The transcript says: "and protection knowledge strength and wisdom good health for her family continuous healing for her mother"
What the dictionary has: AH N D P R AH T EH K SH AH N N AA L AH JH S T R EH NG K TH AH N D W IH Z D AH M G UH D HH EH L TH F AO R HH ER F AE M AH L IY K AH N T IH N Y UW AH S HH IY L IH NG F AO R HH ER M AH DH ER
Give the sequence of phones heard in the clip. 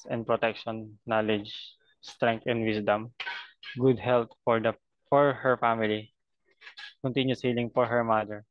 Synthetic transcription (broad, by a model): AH N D P R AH T EH K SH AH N N AA L AH JH S T R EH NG K T AH N D W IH S D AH M G UH D HH EH L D F AO R HH ER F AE M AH L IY K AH N T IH N Y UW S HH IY L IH NG F AO R HH ER M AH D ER